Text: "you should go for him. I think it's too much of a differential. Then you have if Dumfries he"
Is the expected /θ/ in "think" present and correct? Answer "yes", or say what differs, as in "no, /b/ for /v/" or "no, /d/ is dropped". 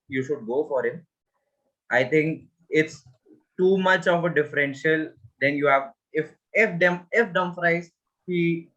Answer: no, /t/ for /θ/